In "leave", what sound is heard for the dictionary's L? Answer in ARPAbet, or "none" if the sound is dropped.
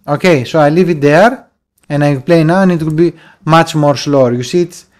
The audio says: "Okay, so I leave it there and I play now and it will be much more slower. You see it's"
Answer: L